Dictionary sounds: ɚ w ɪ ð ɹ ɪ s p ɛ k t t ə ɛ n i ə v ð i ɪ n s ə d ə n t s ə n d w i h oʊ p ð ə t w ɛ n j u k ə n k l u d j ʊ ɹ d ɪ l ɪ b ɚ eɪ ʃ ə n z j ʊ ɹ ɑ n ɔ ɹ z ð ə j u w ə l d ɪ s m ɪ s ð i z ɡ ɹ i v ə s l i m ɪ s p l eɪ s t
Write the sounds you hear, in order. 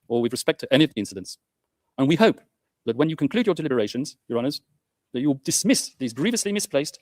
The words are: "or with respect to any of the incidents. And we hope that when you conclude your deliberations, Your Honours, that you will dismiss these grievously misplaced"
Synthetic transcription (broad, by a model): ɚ w ɪ ð ɹ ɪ s p ɛ k t t ɛ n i ə v ð i ɪ n s ə d ə n t s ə n w i h oʊ p ð ə t w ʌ n j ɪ k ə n k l u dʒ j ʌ ɹ d ɪ l ɪ b ɚ eɪ ʃ ə n z j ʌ ɹ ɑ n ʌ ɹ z ð ə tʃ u w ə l d ɪ s m ɪ s ð i z ɡ ɹ i v ə s l i m ɪ s p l eɪ s t